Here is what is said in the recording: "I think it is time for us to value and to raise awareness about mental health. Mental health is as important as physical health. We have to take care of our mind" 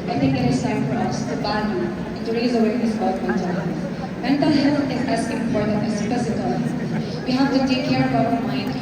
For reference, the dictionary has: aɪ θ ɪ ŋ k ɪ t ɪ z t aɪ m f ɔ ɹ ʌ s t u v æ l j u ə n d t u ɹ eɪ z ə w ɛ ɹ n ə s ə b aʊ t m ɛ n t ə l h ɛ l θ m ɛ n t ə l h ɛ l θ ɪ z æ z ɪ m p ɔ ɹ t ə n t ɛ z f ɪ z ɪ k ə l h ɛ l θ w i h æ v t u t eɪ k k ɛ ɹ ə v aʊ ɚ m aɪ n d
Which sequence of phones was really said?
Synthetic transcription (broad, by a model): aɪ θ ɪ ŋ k ɪ t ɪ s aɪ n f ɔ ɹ ʌ s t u b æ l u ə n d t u ɹ eɪ z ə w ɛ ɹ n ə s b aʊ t m ɛ n t ə l h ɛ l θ m ɛ n t ə l h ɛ l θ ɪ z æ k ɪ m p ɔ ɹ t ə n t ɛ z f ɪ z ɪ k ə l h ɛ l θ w i h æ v t u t eɪ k k ɛ ɹ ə b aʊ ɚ m aɪ n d